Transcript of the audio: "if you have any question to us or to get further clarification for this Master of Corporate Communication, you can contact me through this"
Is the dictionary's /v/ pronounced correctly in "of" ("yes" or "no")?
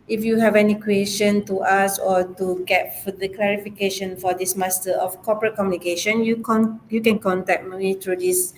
no